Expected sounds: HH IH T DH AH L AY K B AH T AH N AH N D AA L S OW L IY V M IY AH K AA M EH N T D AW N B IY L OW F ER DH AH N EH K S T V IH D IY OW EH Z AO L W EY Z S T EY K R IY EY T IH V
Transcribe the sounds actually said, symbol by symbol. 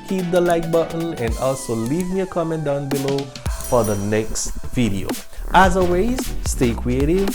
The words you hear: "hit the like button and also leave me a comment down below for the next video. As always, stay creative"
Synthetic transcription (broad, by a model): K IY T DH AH L AY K B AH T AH N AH N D AA L S OW L IY V M IY AH K AA M EH N T D AW N B IY L OW F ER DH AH N EH K S T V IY D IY OW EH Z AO W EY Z S T EY K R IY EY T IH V